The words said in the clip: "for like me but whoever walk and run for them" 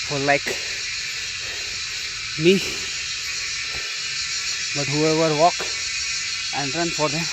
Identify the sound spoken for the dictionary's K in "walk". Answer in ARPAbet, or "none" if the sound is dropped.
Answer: K